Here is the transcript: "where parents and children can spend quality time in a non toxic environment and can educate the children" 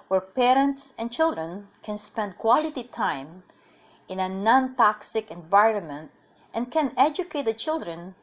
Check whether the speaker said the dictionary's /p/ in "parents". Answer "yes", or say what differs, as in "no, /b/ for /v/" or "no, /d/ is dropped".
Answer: yes